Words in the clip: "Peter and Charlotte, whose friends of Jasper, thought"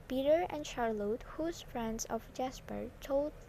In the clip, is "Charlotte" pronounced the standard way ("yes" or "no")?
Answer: yes